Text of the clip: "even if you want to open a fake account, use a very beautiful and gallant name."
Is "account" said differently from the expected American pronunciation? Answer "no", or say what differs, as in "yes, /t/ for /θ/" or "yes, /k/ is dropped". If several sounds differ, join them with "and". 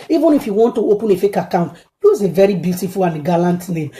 no